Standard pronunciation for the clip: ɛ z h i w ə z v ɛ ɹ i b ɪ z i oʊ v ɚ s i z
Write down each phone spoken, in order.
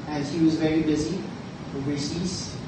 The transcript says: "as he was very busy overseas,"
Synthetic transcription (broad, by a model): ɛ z h i w ə z v ɛ ɹ i b ɪ z i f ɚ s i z